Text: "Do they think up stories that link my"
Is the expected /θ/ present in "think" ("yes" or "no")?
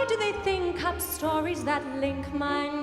yes